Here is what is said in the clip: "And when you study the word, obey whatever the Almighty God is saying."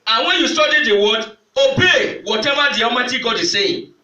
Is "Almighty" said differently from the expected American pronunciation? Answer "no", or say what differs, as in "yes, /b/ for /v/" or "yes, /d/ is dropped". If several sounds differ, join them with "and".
yes, /l/ is dropped